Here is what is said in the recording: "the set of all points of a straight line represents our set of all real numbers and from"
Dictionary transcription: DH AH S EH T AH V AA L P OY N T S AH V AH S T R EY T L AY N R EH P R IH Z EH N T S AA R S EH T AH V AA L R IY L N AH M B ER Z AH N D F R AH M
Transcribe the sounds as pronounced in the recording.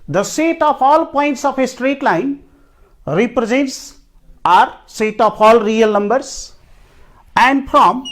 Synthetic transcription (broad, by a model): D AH S EH T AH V AA L P OY N T S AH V AH S T R EY T L AY N R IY P R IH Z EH N T S AA R S EH T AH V AA L R IY L N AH M B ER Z AH N D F R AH M